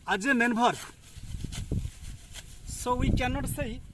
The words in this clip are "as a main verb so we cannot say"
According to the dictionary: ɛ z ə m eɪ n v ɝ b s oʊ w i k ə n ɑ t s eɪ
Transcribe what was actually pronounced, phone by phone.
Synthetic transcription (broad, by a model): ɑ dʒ ə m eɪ n b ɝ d s oʊ w i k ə n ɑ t s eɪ